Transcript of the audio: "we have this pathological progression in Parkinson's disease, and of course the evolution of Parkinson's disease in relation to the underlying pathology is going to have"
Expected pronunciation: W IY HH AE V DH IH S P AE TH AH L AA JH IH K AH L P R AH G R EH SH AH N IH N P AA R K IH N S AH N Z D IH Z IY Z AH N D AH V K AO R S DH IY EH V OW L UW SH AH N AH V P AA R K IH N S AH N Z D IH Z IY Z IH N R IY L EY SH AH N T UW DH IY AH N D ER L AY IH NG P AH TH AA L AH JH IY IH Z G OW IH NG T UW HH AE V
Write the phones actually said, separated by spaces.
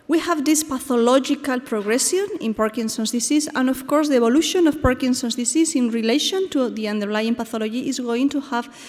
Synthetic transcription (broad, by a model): W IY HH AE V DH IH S P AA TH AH L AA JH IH K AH L P R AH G R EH S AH N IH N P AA R K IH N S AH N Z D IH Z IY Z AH N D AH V K AO R S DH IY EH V OW L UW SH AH N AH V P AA R K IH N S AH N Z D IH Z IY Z IH N R IY L EY SH AH N T UW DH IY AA N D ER L AY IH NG P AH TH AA L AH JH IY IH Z G OW IH NG T UW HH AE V